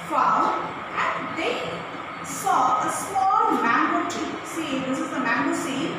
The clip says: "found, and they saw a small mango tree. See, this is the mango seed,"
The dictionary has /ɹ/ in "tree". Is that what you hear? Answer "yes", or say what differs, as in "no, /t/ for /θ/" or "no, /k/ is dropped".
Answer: no, /ɹ/ is dropped